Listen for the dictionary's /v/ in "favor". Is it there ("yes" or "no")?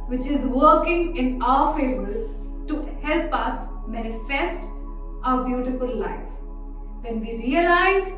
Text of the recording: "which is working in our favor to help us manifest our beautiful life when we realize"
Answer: no